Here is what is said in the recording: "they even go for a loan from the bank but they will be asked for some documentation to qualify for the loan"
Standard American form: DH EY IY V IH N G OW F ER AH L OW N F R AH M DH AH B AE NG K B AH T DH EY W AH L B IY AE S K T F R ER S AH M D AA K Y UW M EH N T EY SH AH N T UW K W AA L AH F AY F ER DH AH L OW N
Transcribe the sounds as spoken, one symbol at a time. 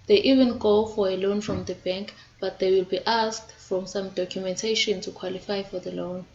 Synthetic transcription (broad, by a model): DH EY IY V IH N G OW F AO AH L OW N F R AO M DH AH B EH NG K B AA T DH EY W AH L B IY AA S K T F R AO S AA M D AA K Y UW M EH N T EY SH AH N T UW K W AA L AH F AY F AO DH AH L OW N